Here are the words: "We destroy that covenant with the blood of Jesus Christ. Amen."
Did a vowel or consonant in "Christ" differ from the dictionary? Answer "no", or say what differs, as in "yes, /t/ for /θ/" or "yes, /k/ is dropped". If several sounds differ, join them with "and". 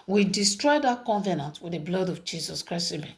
yes, /t/ is dropped